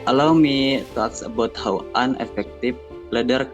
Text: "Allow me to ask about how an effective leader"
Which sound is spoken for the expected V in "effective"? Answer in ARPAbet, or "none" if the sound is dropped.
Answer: F